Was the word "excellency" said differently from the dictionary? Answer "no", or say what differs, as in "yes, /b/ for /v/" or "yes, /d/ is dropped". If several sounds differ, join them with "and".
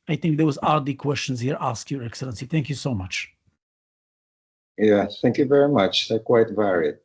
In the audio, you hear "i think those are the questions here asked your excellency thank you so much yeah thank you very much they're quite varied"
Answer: no